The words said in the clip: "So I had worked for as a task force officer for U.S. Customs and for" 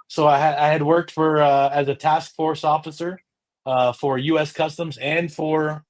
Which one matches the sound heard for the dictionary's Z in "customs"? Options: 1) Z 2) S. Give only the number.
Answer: 1